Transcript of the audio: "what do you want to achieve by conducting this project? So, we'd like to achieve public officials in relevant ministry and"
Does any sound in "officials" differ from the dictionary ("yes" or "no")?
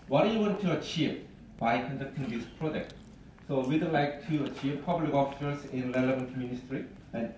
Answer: yes